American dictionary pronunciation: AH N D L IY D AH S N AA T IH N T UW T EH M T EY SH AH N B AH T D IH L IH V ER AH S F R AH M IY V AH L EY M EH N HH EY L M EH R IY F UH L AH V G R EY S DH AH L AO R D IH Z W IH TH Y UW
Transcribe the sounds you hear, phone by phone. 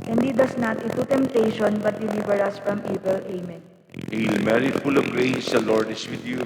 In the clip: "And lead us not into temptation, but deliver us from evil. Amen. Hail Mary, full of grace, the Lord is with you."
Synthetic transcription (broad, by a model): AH N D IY D AH S N AA T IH T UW T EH M T EY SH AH N B AH T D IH L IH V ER AH S F R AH M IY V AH L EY M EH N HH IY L M EH R IY F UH L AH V G R EY S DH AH L AO R D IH S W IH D Y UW